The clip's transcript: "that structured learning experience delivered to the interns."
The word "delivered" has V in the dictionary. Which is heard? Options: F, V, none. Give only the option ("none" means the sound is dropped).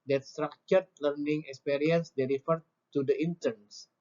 F